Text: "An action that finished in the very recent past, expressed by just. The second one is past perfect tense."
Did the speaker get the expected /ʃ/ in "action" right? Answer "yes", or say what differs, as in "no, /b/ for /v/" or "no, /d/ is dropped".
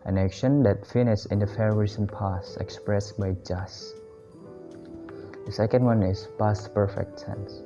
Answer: yes